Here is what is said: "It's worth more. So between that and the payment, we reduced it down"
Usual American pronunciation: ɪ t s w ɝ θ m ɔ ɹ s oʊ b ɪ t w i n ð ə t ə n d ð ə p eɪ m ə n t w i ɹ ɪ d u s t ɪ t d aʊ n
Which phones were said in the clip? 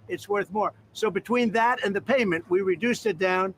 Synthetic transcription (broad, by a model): ɪ t s w ɝ θ m ɔ ɹ s oʊ b ɪ t w i n ð ə t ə n ð ə p eɪ m ə n t w i ɹ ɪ d u s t ɪ t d aʊ n